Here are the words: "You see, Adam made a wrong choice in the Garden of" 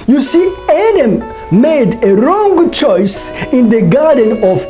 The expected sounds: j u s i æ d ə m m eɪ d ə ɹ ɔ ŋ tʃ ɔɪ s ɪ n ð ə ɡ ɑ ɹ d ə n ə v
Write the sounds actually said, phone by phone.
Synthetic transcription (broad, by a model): j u s i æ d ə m m eɪ d ə ɹ ɔ ŋ tʃ ɔɪ s ɪ n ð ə ɡ ɑ ɹ d ə n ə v